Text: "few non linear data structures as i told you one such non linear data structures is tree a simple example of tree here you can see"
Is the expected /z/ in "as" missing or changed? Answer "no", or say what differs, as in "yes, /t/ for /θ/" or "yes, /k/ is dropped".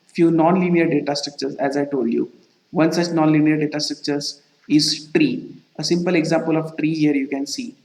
no